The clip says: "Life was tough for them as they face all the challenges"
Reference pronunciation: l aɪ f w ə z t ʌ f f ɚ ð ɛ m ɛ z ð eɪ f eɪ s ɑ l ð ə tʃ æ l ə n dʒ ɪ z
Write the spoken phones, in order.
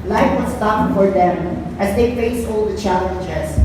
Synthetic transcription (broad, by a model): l aɪ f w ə s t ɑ p f ɚ ð ɛ m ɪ z ð eɪ f eɪ s ɑ l ð ə tʃ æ l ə n dʒ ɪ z